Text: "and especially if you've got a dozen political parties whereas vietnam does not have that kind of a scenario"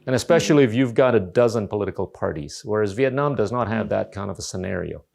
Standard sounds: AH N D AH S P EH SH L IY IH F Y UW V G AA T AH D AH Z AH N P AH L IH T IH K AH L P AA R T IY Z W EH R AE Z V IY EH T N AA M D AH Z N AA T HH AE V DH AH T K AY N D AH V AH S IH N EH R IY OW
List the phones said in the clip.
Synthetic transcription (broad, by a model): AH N AH S P EH SH L IY IH F Y UW V G AA T AH D AH Z AH N P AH L IH T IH K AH L P AA R T IY Z W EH R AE Z V IY EH T N AA M D AH Z N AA T HH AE V DH AH T K AY N D AH V AH S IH N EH R IY OW